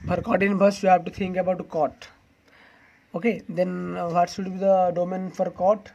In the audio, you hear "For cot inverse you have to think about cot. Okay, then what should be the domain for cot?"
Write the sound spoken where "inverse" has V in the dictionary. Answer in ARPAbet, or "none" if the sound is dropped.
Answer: B